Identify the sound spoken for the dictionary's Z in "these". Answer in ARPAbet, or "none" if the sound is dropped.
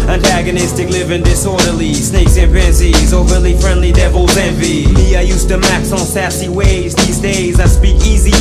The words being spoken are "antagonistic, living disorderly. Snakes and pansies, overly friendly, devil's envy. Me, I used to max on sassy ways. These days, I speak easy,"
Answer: Z